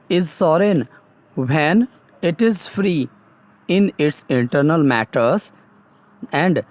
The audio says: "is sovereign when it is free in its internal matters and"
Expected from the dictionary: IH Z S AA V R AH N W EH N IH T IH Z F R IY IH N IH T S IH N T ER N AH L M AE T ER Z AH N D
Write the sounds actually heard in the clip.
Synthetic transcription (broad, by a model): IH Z S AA R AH N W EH N IH T IH Z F R IY IH N IH T S IH N T ER N AH L M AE T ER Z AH N D